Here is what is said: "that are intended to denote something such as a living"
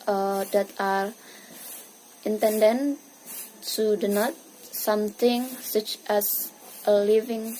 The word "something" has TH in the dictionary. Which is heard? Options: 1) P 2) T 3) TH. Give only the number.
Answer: 2